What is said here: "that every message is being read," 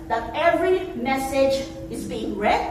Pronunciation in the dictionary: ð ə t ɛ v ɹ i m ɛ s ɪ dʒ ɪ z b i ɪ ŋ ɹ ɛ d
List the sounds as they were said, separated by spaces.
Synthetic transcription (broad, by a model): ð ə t ɛ v ɹ i m ɛ s ɪ dʒ ɪ z b i ɪ ŋ ɹ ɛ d